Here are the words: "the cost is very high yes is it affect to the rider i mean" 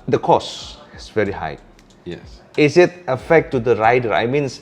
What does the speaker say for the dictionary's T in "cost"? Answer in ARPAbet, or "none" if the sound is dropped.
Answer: none